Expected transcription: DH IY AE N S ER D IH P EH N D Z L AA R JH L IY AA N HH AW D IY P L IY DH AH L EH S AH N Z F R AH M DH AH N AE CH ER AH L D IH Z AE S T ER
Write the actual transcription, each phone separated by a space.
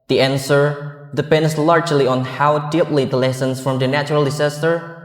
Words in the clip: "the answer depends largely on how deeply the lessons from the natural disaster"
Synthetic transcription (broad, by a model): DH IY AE N S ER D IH P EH N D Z L AA R JH L IY AA N HH AW D IY P L IY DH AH L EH S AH N S F R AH M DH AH N AE CH ER AH L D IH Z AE S T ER